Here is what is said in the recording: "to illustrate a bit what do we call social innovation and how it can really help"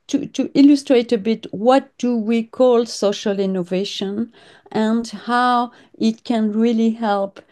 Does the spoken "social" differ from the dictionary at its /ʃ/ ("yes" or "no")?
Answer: no